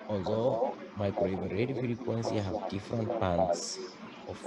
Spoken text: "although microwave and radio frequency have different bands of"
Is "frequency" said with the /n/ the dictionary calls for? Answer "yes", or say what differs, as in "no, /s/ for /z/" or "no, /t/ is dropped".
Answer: yes